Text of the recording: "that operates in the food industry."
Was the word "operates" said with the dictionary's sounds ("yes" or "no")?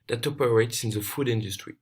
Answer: yes